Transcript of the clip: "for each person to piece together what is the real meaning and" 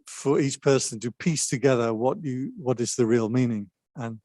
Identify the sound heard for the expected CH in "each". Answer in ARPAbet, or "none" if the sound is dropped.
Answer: CH